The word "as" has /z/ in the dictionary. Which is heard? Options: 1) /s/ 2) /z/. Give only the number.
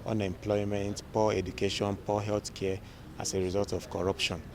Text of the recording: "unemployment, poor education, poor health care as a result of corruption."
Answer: 1